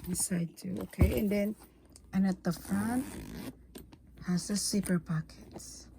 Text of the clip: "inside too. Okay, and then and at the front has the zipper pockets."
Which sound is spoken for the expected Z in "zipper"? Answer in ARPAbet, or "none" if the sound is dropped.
S